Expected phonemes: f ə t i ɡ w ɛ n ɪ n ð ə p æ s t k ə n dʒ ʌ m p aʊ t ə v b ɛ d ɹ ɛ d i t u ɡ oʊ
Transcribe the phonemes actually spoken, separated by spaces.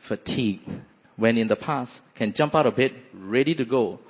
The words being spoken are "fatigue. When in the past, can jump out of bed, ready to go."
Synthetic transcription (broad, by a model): f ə t i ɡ w ɛ n ɪ n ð ə p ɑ s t k ə n dʒ ʌ m p aʊ t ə b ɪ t ɹ ɛ d i t u ɡ oʊ